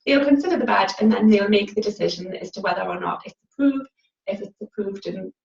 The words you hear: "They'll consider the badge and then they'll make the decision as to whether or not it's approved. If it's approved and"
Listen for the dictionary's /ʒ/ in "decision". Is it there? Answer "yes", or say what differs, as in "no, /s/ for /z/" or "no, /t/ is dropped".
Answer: yes